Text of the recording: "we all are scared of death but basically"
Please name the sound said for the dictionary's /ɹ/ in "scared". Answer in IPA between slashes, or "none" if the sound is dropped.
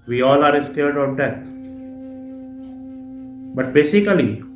/l/